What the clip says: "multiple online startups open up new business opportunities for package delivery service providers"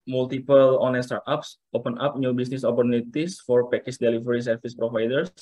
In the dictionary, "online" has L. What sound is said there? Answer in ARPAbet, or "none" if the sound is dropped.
none